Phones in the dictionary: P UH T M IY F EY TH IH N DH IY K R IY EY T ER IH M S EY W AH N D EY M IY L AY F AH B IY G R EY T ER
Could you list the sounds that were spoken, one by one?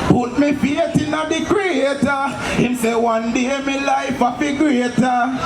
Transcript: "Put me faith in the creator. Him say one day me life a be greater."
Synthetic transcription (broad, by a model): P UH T M IY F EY T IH N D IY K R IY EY T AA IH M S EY W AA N D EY M IY L AY F AH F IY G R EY T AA